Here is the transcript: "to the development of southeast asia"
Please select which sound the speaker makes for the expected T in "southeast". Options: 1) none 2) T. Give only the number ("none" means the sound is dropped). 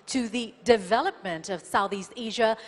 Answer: 2